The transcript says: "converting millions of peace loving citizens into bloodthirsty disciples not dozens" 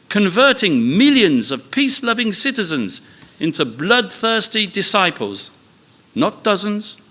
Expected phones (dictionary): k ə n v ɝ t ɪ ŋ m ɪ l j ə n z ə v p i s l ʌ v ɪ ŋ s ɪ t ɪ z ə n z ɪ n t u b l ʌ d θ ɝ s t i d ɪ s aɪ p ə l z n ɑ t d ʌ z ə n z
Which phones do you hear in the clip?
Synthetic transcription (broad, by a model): k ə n v ɝ t ɪ ŋ m ɪ l j ə n z ə v p i s l ʌ v ɪ ŋ s ɪ t ɪ z ə n z ɪ n t u b l ʌ d θ ɝ s t i d ɪ s aɪ p ə l z n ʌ t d ʌ z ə n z